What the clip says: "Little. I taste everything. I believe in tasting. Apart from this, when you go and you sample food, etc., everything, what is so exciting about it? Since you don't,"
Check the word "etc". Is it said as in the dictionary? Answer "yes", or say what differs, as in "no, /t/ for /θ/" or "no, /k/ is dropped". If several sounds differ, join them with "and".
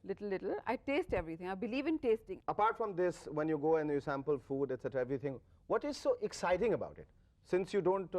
yes